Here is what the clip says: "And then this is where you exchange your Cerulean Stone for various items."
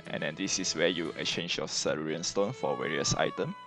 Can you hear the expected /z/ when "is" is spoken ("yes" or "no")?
no